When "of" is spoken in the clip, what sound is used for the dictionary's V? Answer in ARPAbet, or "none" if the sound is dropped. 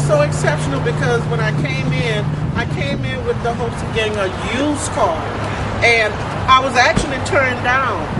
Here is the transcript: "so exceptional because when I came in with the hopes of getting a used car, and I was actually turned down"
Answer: V